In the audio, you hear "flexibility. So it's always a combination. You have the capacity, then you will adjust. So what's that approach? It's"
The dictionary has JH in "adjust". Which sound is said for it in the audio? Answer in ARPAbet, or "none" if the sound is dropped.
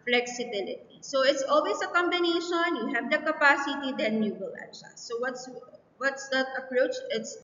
SH